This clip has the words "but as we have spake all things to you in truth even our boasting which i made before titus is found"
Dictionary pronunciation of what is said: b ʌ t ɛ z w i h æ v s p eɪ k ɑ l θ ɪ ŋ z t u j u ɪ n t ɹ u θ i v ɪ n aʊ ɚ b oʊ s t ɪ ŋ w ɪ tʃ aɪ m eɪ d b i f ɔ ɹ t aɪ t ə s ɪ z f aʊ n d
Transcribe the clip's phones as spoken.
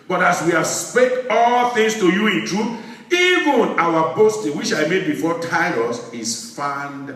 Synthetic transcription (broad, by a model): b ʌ t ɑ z w i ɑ s p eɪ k ɑ l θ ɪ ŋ s t u j u ɪ n t ɹ u θ i v ɪ n aʊ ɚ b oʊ s t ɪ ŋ w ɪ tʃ aɪ m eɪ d b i f ɔ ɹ t aɪ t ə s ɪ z f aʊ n d